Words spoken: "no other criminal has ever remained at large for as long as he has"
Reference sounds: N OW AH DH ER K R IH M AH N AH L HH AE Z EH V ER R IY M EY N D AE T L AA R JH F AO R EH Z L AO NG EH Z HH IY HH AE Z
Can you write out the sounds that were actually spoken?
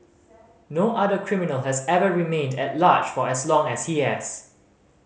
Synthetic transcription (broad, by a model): N OW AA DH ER K R IH M AH N AH L HH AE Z EH V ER R IY M EY N D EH T L AA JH F AO R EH S L AO NG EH S HH IY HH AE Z